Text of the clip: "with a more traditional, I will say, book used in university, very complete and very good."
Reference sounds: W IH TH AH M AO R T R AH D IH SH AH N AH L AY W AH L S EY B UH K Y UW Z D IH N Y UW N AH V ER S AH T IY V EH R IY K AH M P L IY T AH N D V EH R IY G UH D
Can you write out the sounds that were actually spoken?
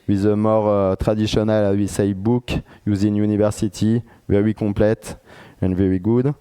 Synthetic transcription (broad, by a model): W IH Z AH M AO R T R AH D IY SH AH N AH L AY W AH S EY B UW K Y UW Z IH N Y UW N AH V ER S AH T IY V EH R IY K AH P L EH T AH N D V EH R IY G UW D